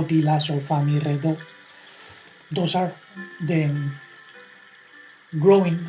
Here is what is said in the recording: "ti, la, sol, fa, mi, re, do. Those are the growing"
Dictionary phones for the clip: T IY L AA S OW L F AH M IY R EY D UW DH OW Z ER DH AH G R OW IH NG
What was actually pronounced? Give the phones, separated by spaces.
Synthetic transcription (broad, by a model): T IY L AA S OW F AH M IY R EY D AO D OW S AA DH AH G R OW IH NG